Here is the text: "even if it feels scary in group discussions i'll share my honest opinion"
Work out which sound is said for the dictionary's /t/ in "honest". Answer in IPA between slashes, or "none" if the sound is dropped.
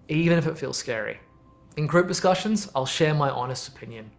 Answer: /t/